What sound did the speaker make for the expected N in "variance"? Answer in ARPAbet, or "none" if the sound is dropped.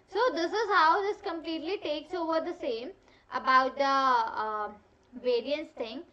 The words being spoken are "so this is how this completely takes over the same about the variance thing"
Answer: N